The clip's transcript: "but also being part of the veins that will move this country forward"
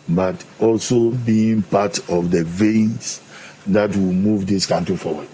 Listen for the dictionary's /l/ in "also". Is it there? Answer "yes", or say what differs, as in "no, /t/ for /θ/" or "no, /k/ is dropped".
yes